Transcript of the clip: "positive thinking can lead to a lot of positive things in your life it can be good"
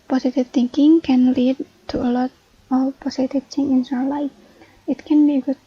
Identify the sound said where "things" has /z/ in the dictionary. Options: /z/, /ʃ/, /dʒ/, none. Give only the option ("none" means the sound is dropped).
none